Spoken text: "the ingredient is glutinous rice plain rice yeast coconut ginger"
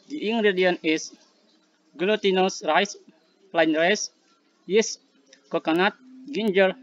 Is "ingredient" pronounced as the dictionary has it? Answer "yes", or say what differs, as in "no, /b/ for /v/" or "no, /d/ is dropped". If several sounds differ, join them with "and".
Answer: no, /t/ is dropped